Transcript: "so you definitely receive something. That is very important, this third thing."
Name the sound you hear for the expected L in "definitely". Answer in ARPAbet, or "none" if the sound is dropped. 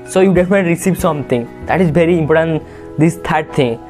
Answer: none